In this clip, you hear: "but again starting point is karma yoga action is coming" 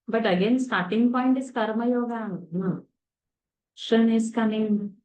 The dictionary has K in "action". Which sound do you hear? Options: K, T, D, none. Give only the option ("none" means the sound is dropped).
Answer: none